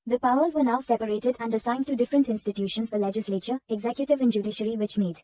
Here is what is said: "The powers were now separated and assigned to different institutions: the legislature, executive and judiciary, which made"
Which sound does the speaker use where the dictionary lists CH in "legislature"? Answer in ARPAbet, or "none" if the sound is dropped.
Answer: CH